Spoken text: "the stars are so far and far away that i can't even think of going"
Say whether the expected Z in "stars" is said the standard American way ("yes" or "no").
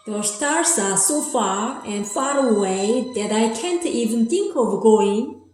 no